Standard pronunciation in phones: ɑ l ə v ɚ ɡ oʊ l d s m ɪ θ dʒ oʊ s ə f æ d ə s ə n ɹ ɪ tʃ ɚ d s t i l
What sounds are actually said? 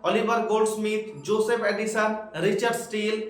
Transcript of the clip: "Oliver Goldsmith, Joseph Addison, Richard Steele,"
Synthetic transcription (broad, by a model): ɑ l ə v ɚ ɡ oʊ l d s m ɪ t dʒ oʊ s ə p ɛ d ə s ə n ɹ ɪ tʃ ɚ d s t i l